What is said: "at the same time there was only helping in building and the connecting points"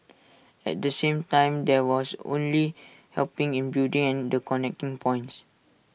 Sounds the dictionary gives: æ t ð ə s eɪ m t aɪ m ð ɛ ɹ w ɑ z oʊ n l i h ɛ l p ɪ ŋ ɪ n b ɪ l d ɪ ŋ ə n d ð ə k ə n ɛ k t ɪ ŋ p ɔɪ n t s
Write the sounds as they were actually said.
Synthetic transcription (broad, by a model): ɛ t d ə s eɪ m t aɪ m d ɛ w ɑ s oʊ n l i h ɛ l p ɪ ŋ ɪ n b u d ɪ ŋ ə n d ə k ə n ɛ k t ɪ ŋ p ɔɪ n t s